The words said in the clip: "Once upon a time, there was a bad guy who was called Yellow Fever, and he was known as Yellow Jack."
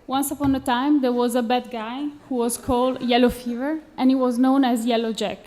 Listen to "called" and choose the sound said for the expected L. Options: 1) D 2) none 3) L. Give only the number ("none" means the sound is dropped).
3